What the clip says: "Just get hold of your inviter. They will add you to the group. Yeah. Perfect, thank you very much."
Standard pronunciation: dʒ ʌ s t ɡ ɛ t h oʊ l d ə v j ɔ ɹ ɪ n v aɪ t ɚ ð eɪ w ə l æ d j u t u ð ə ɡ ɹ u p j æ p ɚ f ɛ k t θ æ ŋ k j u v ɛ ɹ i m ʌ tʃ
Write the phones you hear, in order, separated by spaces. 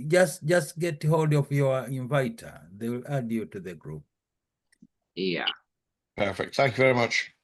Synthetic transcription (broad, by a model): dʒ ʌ s t ɡ ɛ t h oʊ l d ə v j ɔ ɹ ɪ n v aɪ t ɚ ð eɪ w l æ d j u t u ð ə ɡ ɹ u p j æ p ɚ f ɛ k t θ æ ŋ k j u v ɛ ɹ i m ʌ tʃ